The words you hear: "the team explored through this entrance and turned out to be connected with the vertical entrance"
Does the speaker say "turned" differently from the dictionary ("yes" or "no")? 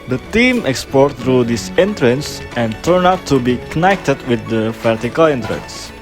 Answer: yes